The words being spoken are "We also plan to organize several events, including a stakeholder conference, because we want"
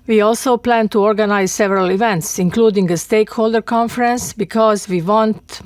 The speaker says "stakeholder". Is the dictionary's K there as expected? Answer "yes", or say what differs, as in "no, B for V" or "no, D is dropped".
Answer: yes